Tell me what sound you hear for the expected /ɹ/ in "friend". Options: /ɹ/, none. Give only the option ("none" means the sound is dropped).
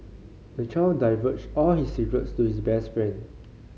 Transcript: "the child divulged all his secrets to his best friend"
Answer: /ɹ/